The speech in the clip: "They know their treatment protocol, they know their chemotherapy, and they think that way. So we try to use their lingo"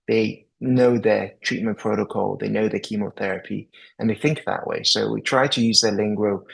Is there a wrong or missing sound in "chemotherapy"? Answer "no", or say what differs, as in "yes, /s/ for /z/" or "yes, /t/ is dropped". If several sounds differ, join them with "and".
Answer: no